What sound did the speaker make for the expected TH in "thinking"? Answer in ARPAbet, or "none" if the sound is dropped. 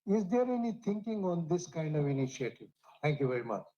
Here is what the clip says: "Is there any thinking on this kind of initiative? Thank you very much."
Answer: T